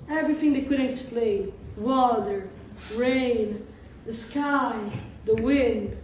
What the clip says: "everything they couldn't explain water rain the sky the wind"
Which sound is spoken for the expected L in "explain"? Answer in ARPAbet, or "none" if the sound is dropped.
L